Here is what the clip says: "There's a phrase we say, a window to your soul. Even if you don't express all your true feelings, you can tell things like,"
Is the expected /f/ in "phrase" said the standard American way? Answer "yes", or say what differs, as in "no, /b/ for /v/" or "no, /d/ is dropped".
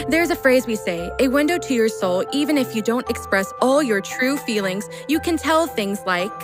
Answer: yes